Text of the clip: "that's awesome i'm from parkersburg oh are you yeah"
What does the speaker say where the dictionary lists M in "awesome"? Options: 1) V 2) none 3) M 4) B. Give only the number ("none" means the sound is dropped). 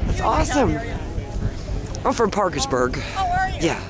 3